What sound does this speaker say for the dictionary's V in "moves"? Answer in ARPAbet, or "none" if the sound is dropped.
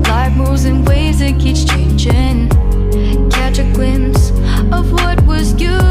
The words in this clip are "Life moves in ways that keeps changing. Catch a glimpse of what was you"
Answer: none